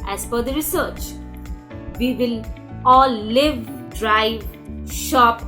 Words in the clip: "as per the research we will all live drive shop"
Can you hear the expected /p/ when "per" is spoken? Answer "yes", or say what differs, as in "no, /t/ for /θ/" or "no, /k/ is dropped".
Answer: no, /f/ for /p/